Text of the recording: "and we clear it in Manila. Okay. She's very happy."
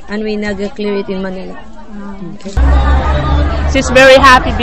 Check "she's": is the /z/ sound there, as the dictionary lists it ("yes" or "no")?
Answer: no